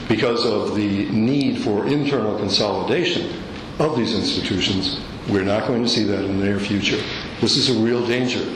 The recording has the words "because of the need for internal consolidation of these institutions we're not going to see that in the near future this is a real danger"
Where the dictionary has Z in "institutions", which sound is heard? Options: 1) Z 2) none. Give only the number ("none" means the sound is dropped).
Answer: 1